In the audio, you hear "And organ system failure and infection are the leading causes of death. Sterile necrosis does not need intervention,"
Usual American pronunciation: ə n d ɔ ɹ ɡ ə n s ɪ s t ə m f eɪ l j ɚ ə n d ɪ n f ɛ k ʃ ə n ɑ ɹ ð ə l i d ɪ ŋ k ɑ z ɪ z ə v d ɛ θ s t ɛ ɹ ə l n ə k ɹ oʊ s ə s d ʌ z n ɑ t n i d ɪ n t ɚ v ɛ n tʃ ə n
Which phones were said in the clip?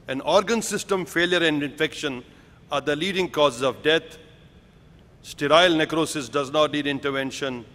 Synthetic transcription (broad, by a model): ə n ɔ ɹ ɡ ə n s ɪ s t ə m f eɪ l j ɚ ə n d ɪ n f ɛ k ʃ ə n ɑ ɹ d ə l i d ɪ ŋ k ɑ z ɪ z ə v d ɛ t s t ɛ ɹ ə l n ə k ɹ oʊ s ə s d ʌ z n ɑ t n i d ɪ n t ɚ v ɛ n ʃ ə n